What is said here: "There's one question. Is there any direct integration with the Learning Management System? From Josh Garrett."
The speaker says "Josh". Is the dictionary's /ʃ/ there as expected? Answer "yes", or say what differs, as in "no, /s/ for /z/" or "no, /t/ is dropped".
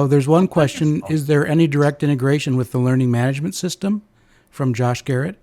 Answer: yes